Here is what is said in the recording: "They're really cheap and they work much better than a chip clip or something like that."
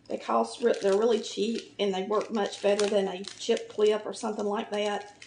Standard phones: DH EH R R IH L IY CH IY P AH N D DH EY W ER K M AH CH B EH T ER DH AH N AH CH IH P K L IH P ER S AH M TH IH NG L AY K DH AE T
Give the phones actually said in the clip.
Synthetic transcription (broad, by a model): DH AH R R IH L IY CH IY P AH N DH EY W ER K M AH CH B EH T ER DH AH N AH CH IH P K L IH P ER S AH M TH IH NG L AY K DH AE T